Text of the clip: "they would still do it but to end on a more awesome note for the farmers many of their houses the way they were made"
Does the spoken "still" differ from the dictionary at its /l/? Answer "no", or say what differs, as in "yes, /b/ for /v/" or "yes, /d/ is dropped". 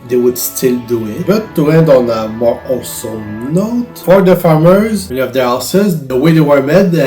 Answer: no